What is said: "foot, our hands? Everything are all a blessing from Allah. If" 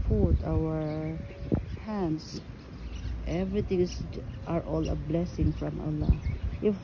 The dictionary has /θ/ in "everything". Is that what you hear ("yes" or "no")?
no